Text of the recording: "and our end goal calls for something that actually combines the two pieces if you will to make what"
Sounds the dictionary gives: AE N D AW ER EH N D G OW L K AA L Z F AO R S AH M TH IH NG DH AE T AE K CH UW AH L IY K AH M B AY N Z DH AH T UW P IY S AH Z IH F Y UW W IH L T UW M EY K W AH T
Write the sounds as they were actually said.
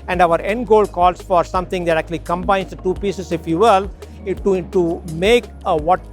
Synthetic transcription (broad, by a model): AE N D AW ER EH N D G OW L K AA L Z F AO R S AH M T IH NG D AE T AE K CH UW AH L IY K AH M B AY N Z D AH T UW P IY S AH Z IH F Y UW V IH L T UW M EY K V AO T